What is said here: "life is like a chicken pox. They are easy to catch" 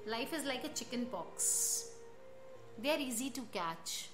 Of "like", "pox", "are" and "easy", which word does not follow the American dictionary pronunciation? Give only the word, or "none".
pox